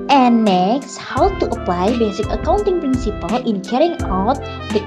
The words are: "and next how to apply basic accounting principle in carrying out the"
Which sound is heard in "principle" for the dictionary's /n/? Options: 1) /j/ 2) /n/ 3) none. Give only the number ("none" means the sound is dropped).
2